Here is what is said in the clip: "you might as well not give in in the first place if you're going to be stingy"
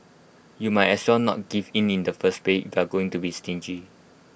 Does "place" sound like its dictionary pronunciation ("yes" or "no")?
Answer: no